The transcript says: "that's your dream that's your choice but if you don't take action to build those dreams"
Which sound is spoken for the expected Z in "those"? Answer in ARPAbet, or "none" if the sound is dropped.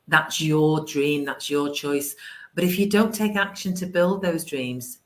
Z